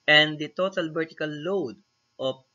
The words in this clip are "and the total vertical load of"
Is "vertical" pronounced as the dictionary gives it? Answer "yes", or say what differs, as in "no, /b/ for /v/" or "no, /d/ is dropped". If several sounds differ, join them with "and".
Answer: no, /b/ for /v/